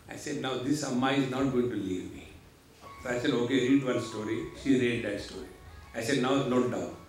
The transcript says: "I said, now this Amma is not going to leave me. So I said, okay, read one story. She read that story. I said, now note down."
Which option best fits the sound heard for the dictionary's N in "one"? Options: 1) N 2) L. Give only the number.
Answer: 2